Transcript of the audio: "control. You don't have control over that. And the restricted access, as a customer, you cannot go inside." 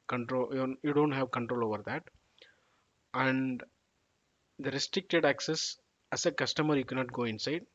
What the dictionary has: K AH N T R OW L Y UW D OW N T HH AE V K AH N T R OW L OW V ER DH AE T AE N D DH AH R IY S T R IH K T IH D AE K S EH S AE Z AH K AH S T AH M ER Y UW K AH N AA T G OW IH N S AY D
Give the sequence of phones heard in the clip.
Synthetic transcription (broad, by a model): K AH N T R OW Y Y UW D OW N T HH AE V K AH N T R OW L OW V ER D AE T AE N D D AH R IY S T R IH K T IH D AE K S EH S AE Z AH K AH S T AH M ER Y UW K AH N AA T G OW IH N S AY D